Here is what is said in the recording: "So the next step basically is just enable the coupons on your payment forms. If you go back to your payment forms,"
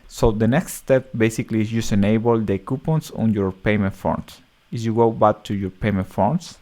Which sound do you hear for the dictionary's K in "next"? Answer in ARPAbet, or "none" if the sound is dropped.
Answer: K